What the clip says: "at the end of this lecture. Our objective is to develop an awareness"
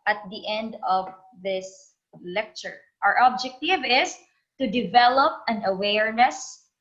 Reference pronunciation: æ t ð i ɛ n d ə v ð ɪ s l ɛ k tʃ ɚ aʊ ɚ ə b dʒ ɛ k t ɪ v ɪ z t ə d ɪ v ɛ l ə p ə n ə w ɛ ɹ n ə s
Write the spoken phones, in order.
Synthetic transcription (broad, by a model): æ t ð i ɛ n d ə v ð ɪ s l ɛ k tʃ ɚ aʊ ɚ ə b dʒ ɛ k t ɪ v ɪ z t ə d ɪ v ɛ l ə p ə n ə w ɛ ɹ n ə s